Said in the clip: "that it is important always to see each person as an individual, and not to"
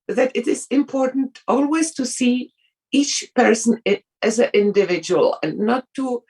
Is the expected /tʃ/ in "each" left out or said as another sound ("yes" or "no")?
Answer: no